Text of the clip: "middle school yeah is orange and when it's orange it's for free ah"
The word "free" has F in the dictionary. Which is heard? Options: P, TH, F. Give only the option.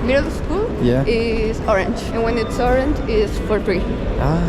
P